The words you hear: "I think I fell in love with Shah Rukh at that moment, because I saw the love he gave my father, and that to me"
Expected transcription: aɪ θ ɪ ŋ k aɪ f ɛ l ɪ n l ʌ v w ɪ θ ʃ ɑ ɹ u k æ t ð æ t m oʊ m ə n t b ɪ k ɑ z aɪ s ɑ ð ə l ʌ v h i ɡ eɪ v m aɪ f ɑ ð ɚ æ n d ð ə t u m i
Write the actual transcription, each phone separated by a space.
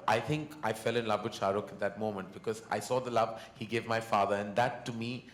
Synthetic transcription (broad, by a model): aɪ t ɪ ŋ k aɪ f ɛ l ɪ n l ʌ v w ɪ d ʃ ɑ ɹ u k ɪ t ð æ t m oʊ m ə n t b ɪ k ɑ z aɪ s ɑ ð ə l ʌ v h i ɡ eɪ v m aɪ f ɑ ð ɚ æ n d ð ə t u m i